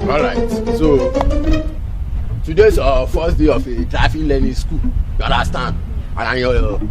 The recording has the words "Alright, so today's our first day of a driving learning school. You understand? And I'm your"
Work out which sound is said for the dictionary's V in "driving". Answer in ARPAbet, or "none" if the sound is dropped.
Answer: F